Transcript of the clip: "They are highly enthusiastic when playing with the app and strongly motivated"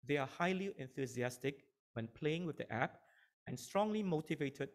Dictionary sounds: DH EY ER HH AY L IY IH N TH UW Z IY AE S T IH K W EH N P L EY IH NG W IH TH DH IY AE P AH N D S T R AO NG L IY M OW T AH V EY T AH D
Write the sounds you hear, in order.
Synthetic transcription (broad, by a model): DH EY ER HH AY L IY IH N TH UW Z IY AE S T IH K W EH N P L EY IH NG W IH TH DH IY AE P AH N S T R AO NG L IY M OW T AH V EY T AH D